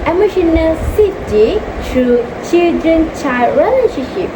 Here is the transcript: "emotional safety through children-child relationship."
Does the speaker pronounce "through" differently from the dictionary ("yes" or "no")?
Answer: yes